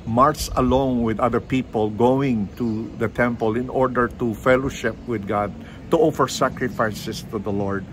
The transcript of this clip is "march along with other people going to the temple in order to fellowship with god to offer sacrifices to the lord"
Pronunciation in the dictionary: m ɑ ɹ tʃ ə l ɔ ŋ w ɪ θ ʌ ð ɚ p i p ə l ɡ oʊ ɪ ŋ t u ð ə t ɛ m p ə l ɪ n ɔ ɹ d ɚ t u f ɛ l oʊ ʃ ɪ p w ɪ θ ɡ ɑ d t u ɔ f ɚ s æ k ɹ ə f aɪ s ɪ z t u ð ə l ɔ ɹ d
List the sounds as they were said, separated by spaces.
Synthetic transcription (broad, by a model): m ɑ ɹ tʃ ə l ɔ ŋ w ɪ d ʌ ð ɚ p i p ə l ɡ oʊ ɪ ŋ t u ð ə t ɛ m p ə l ɪ n ɔ ɹ d ɚ t u f ɛ l oʊ ʃ ɪ p w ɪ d ɡ ɑ d t u ɔ f ɚ s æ k ɹ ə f aɪ s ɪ s t u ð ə l ɔ ɹ d